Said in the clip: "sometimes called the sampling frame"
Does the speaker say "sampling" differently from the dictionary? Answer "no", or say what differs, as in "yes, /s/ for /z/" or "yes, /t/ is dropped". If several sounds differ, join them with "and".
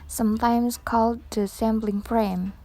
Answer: yes, /b/ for /p/